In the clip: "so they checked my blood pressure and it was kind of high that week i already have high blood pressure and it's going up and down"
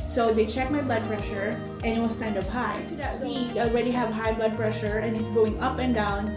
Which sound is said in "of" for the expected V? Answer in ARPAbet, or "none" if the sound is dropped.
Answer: P